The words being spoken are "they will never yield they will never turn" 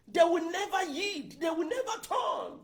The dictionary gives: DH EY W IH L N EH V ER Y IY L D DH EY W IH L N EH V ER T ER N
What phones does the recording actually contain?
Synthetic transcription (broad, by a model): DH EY W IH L N EH V ER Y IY D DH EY W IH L N EH V ER T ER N